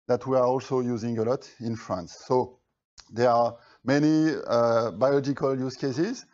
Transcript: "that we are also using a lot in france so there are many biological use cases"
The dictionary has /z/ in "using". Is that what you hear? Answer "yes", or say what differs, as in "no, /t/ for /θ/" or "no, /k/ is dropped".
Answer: yes